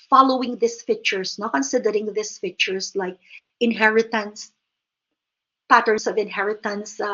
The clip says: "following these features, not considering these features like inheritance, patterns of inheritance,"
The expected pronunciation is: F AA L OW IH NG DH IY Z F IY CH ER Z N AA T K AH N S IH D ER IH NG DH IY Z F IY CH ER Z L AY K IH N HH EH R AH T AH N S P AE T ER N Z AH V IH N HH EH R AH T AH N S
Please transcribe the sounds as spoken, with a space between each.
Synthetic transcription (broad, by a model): F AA L OW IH NG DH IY S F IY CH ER S N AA K AH N S IH D ER IH NG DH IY S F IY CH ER S L AY K IH N HH EH R AH T AH N S P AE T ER N S AH V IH N HH EH R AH T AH N S